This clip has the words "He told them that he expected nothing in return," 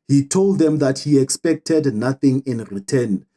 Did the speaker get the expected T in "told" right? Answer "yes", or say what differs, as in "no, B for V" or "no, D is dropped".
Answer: yes